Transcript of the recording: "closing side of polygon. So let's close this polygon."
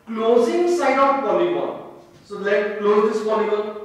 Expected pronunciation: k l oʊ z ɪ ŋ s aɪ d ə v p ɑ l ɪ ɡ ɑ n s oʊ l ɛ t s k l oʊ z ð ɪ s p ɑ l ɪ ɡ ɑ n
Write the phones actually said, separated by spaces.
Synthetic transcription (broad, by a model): k l oʊ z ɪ ŋ s aɪ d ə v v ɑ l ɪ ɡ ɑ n s oʊ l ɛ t k l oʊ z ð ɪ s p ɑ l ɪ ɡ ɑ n